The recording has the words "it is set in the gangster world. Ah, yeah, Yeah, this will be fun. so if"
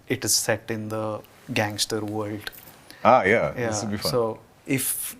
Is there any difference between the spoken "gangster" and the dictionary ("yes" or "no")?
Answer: no